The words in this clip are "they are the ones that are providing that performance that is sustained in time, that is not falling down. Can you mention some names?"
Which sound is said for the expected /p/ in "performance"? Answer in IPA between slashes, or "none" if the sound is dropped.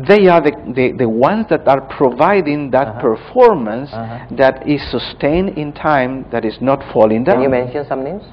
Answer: /p/